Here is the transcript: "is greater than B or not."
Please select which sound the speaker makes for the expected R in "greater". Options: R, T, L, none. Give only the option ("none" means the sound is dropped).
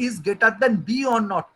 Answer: none